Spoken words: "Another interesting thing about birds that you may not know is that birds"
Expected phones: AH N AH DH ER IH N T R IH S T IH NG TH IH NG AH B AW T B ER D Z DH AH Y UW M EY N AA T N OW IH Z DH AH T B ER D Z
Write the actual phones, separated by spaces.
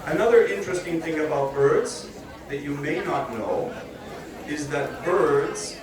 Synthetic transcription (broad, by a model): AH N AH DH ER IH N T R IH S T IH NG TH IH NG AH B AW T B ER D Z DH AH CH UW M EY N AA T N OW IH Z DH AH T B ER D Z